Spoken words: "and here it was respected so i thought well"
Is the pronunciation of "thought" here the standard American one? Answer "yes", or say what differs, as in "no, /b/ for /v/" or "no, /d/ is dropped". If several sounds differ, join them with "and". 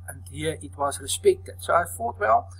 no, /f/ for /θ/